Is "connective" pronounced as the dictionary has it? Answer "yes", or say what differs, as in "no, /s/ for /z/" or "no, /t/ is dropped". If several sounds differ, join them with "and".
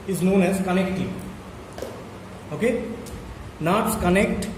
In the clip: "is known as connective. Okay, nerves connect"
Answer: no, /v/ is dropped